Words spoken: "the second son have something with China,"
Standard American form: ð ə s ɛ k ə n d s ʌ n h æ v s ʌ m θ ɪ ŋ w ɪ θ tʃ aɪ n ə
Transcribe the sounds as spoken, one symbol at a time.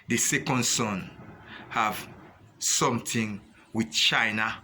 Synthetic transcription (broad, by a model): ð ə s ɛ k ə n d s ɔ n h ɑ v s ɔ m t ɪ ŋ w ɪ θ tʃ aɪ n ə